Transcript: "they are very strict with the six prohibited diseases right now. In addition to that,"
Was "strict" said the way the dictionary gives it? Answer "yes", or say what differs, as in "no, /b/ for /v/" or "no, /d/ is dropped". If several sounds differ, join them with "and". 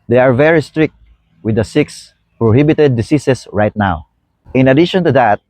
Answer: yes